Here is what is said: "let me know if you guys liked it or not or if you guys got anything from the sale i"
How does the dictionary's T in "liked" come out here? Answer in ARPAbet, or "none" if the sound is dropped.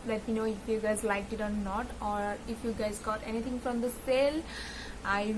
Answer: none